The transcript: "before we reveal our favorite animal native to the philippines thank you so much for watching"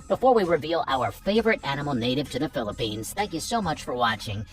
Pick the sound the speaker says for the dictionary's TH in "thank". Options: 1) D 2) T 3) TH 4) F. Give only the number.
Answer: 3